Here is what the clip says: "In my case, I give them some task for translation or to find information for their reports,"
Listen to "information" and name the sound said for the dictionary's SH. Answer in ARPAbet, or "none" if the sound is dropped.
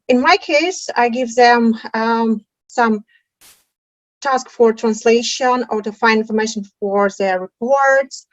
SH